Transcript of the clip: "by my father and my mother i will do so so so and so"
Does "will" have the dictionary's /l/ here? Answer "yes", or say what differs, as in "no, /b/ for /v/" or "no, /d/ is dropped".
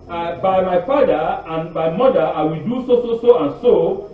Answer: yes